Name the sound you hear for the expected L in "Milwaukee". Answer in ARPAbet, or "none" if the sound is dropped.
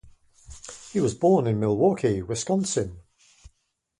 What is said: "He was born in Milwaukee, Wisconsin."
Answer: L